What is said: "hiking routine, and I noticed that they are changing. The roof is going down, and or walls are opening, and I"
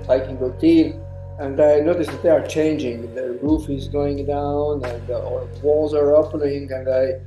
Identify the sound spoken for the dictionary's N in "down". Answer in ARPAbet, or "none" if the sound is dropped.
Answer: N